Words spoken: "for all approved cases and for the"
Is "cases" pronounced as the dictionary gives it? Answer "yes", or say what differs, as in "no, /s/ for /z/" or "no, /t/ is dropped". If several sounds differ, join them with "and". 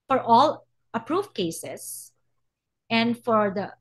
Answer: no, /s/ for /z/